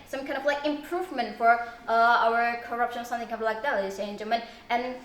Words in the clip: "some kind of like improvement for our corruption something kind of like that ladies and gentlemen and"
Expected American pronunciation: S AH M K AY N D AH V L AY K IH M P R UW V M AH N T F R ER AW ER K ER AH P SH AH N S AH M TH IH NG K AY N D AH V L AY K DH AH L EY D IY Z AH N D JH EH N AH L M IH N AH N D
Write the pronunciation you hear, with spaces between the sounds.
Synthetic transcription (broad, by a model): S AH M K AY N D AH V L AY K IH M P R UW V M AH N T F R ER AW ER K ER AH P SH AH N S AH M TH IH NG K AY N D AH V L AY K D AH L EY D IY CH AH N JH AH M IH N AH N